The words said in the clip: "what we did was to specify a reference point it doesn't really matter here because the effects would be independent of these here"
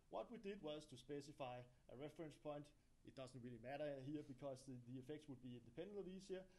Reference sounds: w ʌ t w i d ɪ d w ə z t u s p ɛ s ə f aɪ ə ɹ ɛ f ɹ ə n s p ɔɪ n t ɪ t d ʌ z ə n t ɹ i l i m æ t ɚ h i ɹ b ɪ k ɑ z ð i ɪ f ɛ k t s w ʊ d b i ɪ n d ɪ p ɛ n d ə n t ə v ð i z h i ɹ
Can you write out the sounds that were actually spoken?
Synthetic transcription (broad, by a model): w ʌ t w i d ɪ d w ə z t u s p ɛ s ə f aɪ ə ɹ ɛ f ɹ ə n s p ɔɪ n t ɪ t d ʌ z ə n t ɹ i l i m æ t ɚ h i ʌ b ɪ k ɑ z ð i ɪ f ɛ k t s w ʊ d b i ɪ n d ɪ p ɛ n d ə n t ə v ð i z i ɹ